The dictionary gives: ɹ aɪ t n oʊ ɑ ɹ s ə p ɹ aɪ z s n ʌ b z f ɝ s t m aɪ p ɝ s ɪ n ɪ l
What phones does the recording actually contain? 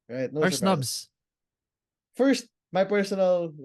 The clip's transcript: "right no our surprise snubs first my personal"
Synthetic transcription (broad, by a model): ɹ aɪ t n oʊ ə ɹ s n ʌ b z f ɝ s t m aɪ p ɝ s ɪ n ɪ l